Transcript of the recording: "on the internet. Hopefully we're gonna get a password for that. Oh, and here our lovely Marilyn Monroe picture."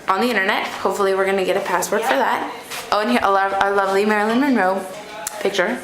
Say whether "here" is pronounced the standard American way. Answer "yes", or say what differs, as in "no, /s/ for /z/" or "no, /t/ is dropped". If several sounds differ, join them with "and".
no, /l/ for /ɹ/